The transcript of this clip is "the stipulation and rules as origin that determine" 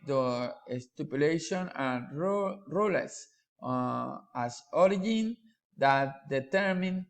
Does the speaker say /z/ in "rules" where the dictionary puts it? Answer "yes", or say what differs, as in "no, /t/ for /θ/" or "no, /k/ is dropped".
no, /s/ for /z/